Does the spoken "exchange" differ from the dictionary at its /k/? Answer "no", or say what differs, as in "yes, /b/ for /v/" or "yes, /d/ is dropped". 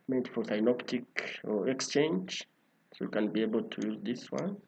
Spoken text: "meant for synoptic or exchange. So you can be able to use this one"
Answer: no